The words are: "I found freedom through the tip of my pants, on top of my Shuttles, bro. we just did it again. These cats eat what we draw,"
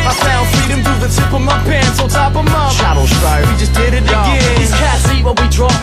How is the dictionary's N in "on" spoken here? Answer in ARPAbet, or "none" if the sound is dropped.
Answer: L